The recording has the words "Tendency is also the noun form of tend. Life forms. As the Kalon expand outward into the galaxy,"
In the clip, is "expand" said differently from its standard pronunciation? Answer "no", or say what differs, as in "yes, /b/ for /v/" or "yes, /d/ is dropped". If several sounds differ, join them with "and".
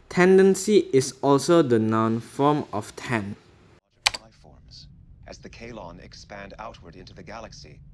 no